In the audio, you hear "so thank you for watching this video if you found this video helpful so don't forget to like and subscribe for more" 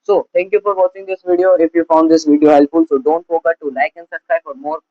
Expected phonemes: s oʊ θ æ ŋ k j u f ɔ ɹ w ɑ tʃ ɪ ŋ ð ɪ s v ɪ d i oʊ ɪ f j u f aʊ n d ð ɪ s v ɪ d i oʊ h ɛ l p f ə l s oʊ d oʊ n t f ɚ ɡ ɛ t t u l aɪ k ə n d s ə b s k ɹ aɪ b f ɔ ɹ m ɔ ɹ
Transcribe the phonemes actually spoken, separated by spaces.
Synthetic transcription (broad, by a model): s oʊ t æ ŋ k j u f ɔ ɹ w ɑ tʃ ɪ ŋ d ɪ s v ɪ d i oʊ ɪ f j u f aʊ n d ɪ s v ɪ d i oʊ h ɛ l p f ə l s oʊ d oʊ n t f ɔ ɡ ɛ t t u l aɪ k ə n d s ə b s k ɹ aɪ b f ɔ ɹ m ɔ ɹ